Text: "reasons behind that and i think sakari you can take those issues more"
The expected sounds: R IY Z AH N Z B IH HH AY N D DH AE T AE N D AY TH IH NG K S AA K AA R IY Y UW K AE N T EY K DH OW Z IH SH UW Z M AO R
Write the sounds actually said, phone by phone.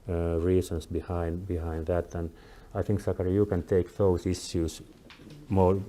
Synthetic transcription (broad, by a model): R IY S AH N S B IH HH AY N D DH AE T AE N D AY TH IH NG K S AA K AA R IY Y UW K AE N T EY K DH OW S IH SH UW S M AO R